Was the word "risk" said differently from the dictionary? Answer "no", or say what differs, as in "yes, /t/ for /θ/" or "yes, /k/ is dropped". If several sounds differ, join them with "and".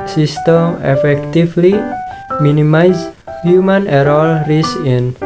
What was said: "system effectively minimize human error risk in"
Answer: yes, /k/ is dropped